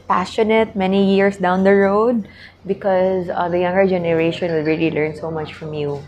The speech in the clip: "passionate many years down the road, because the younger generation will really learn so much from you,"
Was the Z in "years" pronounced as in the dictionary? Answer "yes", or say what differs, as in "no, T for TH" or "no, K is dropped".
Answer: no, S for Z